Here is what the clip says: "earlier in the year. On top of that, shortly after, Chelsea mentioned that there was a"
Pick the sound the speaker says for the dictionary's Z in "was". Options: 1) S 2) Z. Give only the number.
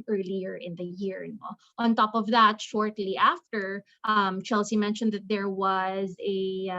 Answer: 2